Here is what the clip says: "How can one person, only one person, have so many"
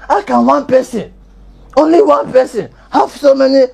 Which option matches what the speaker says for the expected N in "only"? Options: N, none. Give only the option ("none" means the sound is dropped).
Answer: N